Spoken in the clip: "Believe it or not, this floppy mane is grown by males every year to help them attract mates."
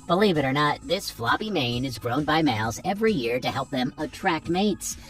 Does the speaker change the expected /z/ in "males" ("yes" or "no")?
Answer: no